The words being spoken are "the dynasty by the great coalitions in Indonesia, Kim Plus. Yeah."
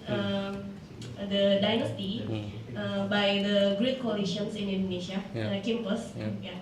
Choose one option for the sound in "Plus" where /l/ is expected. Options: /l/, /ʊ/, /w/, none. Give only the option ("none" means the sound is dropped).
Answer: none